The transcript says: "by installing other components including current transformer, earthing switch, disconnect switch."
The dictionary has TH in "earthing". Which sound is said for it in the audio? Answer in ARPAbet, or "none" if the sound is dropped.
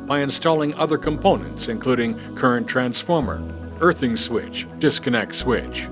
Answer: TH